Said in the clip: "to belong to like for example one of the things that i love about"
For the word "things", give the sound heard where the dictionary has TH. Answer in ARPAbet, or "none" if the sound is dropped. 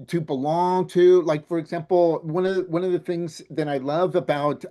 TH